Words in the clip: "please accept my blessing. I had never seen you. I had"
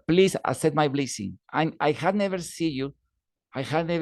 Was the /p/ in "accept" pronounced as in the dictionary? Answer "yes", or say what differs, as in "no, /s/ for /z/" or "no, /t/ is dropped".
no, /p/ is dropped